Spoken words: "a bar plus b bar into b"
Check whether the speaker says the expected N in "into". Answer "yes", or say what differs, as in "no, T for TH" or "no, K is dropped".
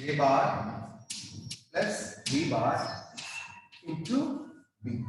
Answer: no, N is dropped